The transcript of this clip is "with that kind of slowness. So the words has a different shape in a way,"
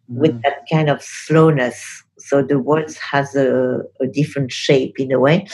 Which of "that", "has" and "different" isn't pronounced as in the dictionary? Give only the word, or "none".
none